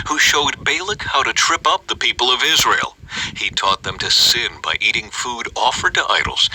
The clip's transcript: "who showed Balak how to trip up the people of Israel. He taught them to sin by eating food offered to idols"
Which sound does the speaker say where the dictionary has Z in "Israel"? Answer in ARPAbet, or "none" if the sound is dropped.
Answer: Z